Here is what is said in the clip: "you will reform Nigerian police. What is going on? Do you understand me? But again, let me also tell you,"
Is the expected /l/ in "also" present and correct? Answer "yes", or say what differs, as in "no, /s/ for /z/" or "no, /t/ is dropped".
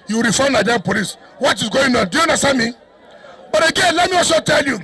no, /l/ is dropped